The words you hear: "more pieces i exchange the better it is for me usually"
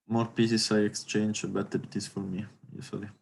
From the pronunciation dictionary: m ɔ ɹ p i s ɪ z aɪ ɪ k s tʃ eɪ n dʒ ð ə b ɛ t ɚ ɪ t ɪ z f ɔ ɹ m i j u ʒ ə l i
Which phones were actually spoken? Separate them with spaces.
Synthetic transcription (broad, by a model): m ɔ ɹ p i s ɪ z aɪ ɪ k s tʃ eɪ n dʒ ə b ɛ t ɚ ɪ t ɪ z f ɔ ɹ m i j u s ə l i